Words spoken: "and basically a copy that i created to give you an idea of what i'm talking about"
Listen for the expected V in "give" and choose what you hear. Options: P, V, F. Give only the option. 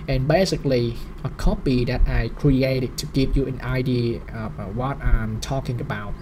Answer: P